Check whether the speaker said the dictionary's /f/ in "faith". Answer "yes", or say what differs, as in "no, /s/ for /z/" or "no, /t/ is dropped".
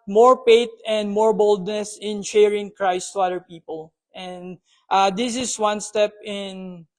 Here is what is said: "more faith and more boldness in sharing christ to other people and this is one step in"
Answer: no, /p/ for /f/